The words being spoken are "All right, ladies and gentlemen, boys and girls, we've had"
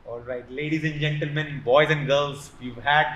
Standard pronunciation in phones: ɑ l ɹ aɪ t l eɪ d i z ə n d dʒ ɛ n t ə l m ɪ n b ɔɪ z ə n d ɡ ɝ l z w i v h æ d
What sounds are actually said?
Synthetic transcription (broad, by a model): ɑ l ɹ aɪ t l eɪ d i z ə n d dʒ ɛ n t ə l m ɪ n b ɔɪ z ə n d ɡ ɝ l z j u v h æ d